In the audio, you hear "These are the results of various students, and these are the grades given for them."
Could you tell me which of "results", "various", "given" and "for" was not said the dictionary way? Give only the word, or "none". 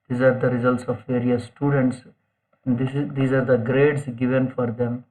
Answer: none